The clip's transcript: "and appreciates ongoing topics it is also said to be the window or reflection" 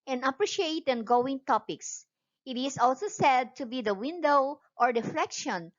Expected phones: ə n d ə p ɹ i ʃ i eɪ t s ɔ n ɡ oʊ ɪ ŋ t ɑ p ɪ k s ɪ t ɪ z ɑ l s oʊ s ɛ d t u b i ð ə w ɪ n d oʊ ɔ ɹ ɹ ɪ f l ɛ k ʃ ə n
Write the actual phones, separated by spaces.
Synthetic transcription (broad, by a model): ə n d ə p ɹ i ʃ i eɪ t ɛ n ɡ oʊ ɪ ŋ t ɑ p ɪ k s ɪ t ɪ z ɑ l s oʊ s ɛ d t u b i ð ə w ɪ n d oʊ ɔ ɹ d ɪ f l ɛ k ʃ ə n